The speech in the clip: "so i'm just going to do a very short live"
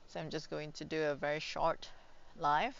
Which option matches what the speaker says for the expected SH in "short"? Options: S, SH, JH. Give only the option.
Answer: SH